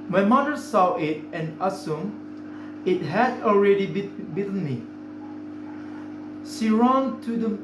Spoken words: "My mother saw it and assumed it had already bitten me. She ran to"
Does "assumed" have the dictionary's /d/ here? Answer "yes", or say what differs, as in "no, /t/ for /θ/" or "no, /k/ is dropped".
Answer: no, /d/ is dropped